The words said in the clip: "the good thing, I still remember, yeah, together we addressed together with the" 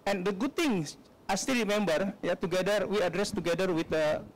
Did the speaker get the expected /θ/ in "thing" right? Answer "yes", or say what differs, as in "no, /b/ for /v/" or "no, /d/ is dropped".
no, /t/ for /θ/